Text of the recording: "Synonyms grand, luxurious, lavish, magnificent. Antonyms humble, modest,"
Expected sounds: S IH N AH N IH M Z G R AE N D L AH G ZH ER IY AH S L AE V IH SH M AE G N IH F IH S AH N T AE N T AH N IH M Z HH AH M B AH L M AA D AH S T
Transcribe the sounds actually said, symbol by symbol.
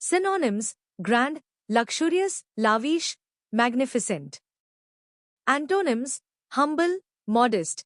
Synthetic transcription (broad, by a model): S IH N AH N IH M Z G R AE N D L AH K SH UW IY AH S L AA V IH SH M AE G N IH F IH S AH N T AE N T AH N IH M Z HH AH M B AH L M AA D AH S T